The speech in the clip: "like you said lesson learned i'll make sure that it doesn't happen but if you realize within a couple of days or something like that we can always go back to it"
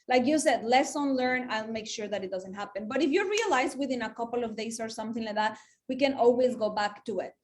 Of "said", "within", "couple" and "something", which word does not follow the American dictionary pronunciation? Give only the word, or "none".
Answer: none